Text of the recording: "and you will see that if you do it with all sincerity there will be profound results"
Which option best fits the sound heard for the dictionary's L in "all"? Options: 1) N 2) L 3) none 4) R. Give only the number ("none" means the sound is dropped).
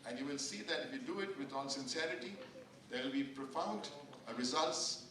1